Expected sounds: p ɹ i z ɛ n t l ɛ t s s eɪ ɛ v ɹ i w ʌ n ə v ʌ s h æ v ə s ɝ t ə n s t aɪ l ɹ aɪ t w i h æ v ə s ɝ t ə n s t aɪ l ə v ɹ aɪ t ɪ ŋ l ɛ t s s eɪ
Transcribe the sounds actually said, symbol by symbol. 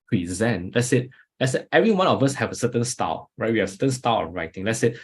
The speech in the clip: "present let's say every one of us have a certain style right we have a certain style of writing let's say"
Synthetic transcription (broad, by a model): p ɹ i z ɛ n t l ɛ t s s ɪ ɛ v ɹ i w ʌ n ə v ʌ s h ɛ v ə s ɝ t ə n s t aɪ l ɹ aɪ t w i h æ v ə s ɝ t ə n s t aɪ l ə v ɹ aɪ t ɪ ŋ l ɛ t s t